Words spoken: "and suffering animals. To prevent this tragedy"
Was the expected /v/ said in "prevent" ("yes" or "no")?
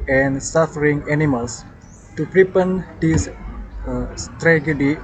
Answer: no